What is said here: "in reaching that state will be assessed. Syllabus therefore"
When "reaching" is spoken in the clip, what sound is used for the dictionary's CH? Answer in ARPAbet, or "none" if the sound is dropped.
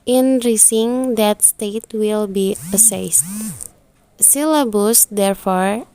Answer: S